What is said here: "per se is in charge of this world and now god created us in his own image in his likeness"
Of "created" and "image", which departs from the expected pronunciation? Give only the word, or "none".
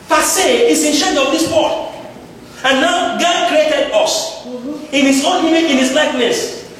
image